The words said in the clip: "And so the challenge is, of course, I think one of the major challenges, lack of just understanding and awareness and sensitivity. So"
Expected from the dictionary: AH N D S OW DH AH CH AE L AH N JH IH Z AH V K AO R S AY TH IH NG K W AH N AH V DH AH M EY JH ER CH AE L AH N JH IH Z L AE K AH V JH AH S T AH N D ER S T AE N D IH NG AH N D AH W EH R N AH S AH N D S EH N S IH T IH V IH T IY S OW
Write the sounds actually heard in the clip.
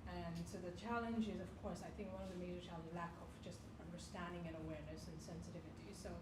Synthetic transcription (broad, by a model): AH N S OW DH AH CH AE L AH N JH IH Z AH V K AO R S AY TH IH NG K W AH N AH V DH AH M EY JH ER CH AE L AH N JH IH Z L AE K AH V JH AH S T AH N D ER S T AE N D IH NG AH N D AH W EH R N AH S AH N S EH N S IH T IH V IH T IY S OW